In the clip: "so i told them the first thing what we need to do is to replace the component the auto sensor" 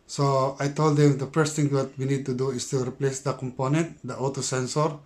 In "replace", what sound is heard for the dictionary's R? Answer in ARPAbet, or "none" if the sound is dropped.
R